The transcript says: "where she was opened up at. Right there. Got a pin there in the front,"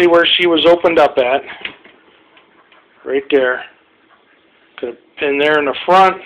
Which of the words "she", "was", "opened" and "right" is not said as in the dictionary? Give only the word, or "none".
none